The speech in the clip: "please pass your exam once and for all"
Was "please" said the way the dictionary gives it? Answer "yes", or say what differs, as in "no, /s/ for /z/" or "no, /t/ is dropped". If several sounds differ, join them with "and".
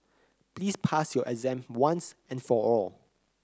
no, /s/ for /z/